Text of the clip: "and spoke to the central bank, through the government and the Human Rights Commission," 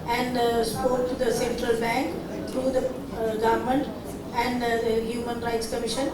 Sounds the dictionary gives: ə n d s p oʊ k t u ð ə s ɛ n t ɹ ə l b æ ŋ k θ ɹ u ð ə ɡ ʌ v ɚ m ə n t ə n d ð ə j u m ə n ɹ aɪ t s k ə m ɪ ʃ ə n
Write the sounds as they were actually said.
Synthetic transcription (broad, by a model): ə n d s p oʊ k t u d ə s ɛ n t ɹ ə l b æ ŋ k t ɹ u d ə ɡ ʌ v m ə n t ə n d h j u m ə n ɹ aɪ t s k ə m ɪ ʃ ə n